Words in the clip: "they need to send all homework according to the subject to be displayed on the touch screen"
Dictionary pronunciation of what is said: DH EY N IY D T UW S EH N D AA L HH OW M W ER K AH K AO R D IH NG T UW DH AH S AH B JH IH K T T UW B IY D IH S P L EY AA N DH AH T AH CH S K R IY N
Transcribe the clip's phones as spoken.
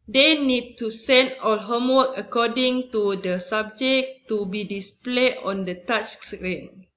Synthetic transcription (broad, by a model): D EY N IY D T UW S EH N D AA L HH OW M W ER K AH K AO D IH NG T UW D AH S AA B JH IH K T T UW B IY D IH S P L EY AA N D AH T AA CH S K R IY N